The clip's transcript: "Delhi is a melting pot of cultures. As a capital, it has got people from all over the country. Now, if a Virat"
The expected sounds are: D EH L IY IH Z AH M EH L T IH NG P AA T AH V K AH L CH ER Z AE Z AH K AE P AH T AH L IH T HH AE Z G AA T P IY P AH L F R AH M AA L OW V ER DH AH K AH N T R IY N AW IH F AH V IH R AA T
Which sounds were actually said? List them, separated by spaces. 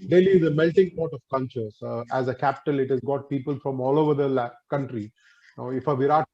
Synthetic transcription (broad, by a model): D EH L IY IH Z AH M EH L T IH NG P AA T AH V K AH N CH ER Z AE Z AH K AE P AH T AH L IH T HH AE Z G AA T P IY P AH L F R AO M AA L OW V ER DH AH K AH N T R IY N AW IH F AH V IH R AA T